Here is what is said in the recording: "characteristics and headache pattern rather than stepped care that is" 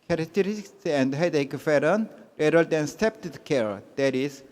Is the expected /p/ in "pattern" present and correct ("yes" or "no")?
no